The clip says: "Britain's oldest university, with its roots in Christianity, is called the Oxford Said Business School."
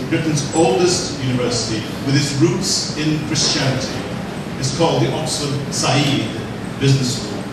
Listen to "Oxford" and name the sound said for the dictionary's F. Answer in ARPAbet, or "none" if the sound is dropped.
none